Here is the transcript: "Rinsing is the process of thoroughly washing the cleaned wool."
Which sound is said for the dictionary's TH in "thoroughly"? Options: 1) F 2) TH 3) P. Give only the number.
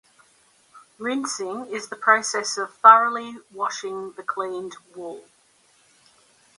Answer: 1